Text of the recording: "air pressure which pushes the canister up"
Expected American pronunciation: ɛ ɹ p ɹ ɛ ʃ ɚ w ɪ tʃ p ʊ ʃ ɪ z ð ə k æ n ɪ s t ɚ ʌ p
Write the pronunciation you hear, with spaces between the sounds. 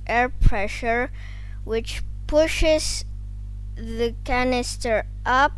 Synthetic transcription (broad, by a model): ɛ ɹ p ɹ ɛ ʃ ɚ w ɪ tʃ p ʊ ʃ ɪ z ð ə k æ n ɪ s t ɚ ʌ p